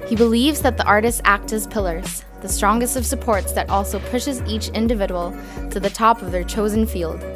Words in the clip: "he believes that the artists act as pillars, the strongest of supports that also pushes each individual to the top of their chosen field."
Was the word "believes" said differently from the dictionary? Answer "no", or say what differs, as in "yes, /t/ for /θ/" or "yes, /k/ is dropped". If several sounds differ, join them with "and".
no